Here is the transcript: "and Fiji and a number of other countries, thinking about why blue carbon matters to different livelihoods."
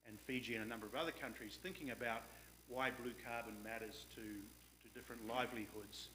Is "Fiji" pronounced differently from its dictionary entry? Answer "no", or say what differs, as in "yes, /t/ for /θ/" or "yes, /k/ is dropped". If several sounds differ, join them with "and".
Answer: no